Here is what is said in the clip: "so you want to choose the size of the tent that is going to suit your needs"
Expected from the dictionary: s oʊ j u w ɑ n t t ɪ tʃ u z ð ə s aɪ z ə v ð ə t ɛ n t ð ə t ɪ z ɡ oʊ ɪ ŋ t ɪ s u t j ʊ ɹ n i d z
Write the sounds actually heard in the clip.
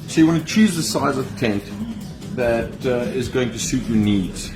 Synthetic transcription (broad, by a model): s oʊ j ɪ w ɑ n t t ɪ tʃ u z ð ə s aɪ z ə v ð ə t ɛ n t ð ə t ɪ z ɡ oʊ ɪ ŋ t ɪ s u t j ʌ ɹ n i d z